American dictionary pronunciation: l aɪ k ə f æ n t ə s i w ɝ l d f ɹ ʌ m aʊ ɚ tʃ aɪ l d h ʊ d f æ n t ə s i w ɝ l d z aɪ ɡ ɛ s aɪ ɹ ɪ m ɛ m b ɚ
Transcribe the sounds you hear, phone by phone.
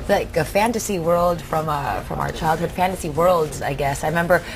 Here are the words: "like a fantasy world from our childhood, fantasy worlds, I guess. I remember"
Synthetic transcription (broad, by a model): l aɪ k ə f æ n t ə s i w ɝ l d f ɹ ʌ m aʊ ɚ tʃ aɪ l d h ʊ d f æ n t ə s i w ɝ l d z aɪ ɡ ɛ s aɪ ɹ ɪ m ɛ m b ɚ